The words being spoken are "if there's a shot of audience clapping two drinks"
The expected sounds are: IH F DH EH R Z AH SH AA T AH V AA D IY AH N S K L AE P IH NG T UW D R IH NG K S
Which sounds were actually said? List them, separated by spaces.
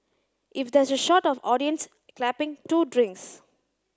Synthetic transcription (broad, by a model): IH F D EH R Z AH SH AA T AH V AA D IY AH N S K L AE P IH NG T UW D R IH NG K S